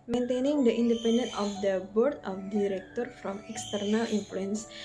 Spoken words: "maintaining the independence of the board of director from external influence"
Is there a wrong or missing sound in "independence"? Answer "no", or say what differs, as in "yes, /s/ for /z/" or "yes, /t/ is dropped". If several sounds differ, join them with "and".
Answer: yes, /s/ is dropped